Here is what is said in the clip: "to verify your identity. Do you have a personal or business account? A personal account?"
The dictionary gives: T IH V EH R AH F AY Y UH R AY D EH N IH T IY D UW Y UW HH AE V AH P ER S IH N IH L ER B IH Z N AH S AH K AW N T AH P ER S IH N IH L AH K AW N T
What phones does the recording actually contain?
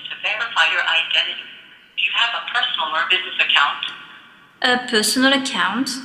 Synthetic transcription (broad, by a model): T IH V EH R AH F AY Y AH R AY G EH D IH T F Y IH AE V AH P ER S N L ER B IH Z N AH S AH K AW N T AH P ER S N L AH K AW N T